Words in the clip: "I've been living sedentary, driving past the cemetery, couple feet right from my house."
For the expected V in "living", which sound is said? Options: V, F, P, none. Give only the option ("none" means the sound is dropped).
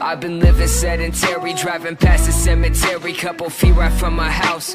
V